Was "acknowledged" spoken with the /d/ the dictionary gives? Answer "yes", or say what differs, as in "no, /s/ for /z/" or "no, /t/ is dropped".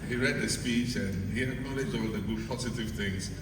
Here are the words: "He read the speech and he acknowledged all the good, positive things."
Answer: no, /d/ is dropped